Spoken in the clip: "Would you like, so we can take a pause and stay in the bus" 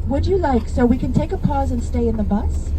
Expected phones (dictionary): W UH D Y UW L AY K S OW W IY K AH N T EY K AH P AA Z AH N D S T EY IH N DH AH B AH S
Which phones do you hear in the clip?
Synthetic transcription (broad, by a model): W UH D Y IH L AY K S OW W IY K AH N T EY K AH P AA Z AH N S T EY IH N DH AH B AH S